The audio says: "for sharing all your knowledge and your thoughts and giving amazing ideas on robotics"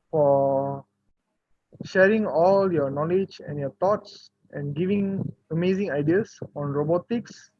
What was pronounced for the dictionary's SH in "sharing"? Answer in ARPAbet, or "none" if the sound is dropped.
SH